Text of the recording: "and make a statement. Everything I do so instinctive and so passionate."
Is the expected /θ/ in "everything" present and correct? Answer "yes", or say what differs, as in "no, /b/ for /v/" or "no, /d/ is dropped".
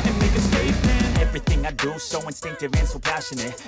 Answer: yes